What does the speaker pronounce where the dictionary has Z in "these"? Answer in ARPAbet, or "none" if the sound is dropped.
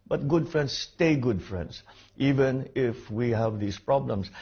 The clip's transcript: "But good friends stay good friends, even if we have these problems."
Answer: S